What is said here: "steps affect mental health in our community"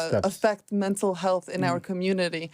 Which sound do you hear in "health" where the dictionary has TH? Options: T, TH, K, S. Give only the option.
TH